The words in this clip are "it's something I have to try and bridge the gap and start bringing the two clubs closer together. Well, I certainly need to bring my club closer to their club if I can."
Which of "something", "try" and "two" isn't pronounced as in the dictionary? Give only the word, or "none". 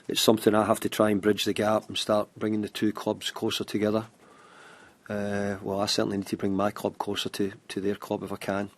none